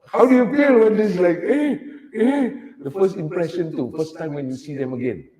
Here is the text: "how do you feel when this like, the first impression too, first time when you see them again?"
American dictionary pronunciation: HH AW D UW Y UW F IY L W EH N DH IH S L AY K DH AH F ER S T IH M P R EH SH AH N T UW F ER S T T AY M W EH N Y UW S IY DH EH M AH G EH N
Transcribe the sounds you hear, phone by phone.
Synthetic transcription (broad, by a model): HH AW D UW Y UW F IY L W EH N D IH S L AY K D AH F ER S T IH M P R EH SH AH N T UW F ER S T T AY M W EH N Y UW S IY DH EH M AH G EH N